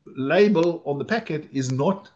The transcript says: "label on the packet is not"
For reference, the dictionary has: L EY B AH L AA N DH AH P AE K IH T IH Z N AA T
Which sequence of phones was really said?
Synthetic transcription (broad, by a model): L EY B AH L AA N DH AH P AE K IH T IH Z N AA T